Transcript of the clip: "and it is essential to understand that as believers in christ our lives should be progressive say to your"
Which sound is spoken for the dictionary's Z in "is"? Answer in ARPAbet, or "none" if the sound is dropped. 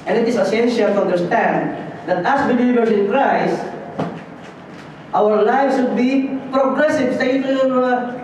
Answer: S